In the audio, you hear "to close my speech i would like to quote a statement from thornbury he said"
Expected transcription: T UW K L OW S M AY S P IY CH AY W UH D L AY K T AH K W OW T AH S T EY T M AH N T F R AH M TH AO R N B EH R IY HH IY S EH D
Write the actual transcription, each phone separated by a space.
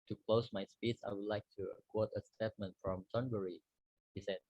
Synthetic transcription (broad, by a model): T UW K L OW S M AY S P IY S AY W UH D L AY K T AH K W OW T AH S T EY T M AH N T F R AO M T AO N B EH R IY HH IY S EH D